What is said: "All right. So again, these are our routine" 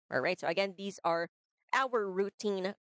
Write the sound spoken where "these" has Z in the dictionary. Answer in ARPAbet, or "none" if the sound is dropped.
Z